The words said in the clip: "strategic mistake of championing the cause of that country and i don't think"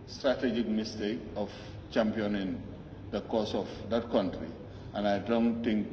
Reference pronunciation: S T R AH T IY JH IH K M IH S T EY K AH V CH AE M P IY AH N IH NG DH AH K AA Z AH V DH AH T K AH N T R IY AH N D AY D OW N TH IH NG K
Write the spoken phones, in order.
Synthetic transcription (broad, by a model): S T R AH T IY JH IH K M IH S T EY K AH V CH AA M P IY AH N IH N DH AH K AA S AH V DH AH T K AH N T R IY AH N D AY D OW N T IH NG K